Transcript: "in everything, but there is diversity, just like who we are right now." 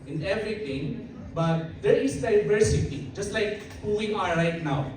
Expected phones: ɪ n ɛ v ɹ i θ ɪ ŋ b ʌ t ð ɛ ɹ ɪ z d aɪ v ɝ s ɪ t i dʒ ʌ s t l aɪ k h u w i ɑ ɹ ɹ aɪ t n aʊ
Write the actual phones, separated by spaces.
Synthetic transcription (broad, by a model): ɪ n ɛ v ɹ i t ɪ ŋ b ʌ t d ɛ ɹ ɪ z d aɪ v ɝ s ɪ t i dʒ ʌ s t l aɪ k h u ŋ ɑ l ɹ aɪ t n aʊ